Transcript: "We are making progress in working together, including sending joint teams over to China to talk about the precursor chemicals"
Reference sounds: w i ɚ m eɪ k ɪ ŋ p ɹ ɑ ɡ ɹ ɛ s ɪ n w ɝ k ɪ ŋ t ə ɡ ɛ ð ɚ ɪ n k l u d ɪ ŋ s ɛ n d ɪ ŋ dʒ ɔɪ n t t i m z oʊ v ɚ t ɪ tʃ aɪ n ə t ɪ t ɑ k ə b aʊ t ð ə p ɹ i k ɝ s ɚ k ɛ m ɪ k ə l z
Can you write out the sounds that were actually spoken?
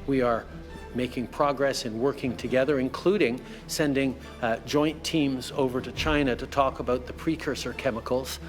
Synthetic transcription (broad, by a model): w i ɚ m eɪ k ɪ ŋ p ɹ ɑ ɡ ɹ ɛ s ɪ n w ɝ k ɪ ŋ t ə ɡ ɛ ð ɚ ɪ n k l u d ɪ ŋ s ɛ n d ɪ ŋ dʒ ɔɪ n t t i m z oʊ v ɚ t ɪ tʃ aɪ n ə t ɪ t ɑ k ə b aʊ t ð ə p ɹ i k ɝ s ɚ k ɛ m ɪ k l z